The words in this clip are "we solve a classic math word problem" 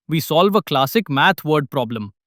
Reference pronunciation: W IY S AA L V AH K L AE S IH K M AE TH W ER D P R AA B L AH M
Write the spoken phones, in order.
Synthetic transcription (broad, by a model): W IY S AA L V AH K L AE S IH K M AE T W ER D P R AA B L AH M